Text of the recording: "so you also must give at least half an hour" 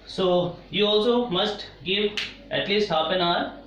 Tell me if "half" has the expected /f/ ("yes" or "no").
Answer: no